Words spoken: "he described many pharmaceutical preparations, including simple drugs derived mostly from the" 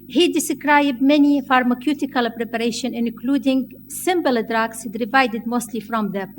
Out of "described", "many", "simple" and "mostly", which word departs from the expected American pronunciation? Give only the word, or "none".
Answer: simple